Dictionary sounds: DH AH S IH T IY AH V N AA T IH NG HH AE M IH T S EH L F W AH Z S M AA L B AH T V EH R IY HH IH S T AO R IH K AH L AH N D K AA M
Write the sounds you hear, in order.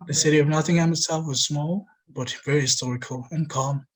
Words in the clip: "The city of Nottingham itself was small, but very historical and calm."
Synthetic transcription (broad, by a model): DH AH S IH T IY AH V N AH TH IH NG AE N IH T S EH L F W AH Z S M AA L B AH T V EH R IY HH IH S T AO R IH K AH L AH N K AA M